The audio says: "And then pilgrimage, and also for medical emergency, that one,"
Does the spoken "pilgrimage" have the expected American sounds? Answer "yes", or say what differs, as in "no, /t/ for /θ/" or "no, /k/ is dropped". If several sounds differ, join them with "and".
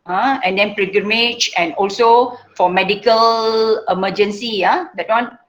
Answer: no, /l/ is dropped